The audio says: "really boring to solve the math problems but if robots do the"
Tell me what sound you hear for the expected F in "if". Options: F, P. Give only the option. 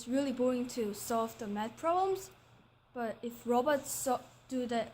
F